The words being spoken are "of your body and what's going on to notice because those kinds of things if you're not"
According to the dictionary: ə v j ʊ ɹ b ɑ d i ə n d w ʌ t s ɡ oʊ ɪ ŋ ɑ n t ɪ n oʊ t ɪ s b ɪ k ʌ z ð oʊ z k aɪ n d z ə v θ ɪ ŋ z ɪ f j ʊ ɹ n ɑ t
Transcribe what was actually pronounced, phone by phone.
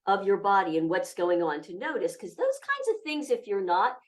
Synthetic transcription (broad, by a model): ə v j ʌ ɹ b ɑ d i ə n w ʌ t s ɡ oʊ ɪ ŋ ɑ n t ɪ n oʊ t ɪ s k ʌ z ð oʊ z k aɪ n d z ə v θ ɪ ŋ z ɪ f j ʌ ɹ n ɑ t